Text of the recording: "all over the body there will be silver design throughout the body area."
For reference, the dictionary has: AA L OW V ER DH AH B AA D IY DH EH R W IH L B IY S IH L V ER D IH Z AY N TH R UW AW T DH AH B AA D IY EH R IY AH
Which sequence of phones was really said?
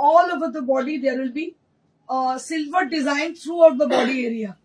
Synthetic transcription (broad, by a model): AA L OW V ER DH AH B AA D IY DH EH R W IH L B IY S IH L V ER D IH Z AY N T R UW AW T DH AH B AA D IY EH R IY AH